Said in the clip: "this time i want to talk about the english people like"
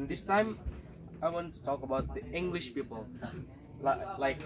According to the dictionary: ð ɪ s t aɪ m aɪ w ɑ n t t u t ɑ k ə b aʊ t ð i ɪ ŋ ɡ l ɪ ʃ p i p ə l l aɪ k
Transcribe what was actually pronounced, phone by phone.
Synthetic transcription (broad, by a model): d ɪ s t aɪ m aɪ w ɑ n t t u t ɑ k ə b aʊ t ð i ɪ ŋ ɡ l ɪ ʃ p i p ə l l aɪ k